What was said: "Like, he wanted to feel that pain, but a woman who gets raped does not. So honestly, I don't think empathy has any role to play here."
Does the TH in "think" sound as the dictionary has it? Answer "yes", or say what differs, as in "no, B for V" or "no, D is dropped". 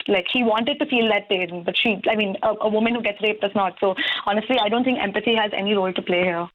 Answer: no, T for TH